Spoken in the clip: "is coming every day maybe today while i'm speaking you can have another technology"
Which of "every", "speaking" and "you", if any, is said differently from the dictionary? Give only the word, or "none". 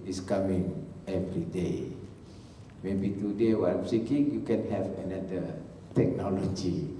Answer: speaking